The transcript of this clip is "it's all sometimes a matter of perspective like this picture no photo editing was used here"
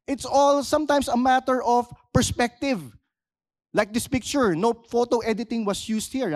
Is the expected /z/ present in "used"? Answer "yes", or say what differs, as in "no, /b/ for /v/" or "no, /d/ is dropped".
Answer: no, /s/ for /z/